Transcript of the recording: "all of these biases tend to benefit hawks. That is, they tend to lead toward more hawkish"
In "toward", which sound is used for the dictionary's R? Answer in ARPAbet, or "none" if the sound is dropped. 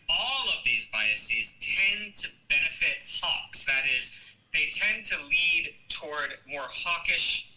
R